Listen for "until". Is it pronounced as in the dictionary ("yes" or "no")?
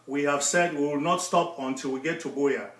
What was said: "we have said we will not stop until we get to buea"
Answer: yes